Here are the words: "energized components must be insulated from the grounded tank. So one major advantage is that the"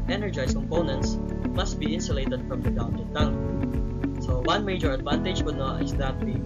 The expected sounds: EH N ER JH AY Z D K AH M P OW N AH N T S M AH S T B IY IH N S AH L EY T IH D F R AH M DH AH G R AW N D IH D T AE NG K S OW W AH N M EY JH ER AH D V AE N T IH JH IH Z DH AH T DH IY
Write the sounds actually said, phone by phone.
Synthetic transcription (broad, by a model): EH N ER JH AY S K AH M P OW N AH N T S M AH S T B IY IH N S AH L EY T IH D F R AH M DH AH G AW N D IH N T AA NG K S OW W AH N M EY JH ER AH D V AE N T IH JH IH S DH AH T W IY